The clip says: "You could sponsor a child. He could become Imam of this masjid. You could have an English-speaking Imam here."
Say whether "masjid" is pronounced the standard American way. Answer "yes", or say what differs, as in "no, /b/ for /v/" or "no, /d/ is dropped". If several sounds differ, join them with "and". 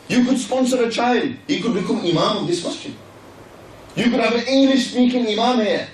no, /tʃ/ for /dʒ/